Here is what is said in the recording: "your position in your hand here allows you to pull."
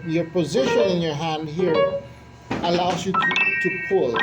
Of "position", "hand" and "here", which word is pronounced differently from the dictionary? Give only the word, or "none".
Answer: none